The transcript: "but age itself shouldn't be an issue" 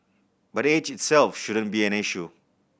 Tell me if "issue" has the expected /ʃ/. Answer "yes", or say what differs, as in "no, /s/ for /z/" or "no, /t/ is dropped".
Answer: yes